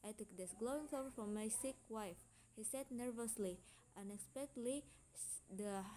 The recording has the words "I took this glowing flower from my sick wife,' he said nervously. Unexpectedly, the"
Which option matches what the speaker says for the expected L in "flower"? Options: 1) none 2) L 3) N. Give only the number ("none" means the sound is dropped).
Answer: 1